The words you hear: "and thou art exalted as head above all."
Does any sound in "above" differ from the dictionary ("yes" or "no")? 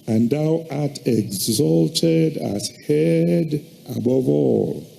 no